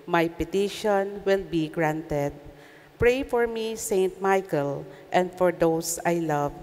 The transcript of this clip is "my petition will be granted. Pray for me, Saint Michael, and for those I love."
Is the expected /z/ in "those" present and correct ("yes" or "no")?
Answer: no